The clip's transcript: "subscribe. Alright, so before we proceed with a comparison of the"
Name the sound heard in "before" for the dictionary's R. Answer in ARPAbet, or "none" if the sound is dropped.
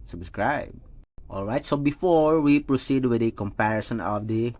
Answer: R